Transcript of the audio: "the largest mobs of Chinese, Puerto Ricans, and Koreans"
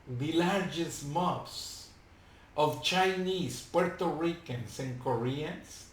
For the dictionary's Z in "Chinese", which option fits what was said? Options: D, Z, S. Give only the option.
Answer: S